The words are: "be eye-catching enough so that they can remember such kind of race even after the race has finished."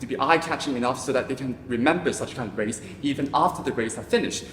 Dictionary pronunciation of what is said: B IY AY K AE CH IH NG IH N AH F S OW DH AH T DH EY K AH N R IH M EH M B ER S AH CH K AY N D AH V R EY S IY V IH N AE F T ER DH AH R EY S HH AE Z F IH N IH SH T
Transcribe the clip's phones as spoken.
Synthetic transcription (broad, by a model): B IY AY K AE CH IH NG IH N AH F S OW DH AH T DH EY K AH N R IH M EH M B ER S AH CH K AY N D AH V R EY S IY V IH N AE F T ER DH AH R EY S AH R F IH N IH SH T